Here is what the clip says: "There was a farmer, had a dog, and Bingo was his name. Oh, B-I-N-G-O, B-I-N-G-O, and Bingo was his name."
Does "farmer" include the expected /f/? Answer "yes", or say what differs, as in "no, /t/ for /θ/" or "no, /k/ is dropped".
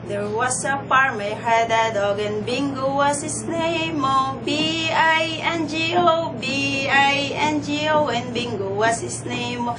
no, /p/ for /f/